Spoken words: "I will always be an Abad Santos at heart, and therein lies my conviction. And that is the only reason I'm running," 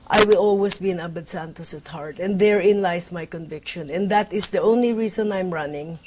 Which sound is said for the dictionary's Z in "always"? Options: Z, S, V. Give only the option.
S